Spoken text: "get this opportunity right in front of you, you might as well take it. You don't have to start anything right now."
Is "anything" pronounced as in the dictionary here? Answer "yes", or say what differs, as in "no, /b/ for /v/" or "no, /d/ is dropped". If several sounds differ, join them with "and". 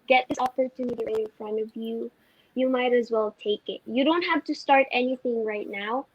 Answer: yes